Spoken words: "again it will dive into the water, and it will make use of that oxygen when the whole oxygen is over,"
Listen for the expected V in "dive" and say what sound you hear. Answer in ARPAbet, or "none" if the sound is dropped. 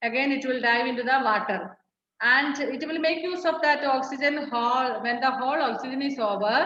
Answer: V